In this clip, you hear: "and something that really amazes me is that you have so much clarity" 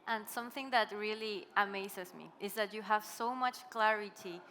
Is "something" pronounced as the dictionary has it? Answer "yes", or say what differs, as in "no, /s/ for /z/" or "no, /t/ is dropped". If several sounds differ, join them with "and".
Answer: yes